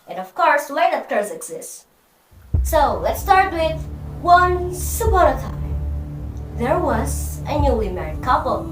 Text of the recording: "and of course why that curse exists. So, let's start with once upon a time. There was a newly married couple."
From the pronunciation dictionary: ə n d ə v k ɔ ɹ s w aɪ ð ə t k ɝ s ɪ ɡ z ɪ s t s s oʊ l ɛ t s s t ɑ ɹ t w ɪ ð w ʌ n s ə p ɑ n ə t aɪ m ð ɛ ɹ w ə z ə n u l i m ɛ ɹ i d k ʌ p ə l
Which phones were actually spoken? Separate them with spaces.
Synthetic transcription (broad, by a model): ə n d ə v k ɔ ɹ s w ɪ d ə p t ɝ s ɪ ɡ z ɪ s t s s oʊ l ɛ t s s t ɑ ɹ t w ɪ ð w ʌ n s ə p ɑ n ə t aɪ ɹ ð ɛ ɹ w ə z ə n u l i m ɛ ɹ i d k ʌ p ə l